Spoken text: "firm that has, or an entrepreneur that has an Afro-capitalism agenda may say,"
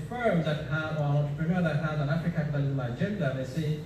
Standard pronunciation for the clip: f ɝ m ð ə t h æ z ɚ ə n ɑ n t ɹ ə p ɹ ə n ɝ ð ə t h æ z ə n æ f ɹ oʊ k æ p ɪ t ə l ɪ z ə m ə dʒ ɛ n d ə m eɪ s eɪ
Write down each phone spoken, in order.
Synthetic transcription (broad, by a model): f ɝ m ð ə t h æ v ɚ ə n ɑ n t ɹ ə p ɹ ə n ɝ ð ə t h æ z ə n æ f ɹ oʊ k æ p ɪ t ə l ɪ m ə ə dʒ ɛ n d ə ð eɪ s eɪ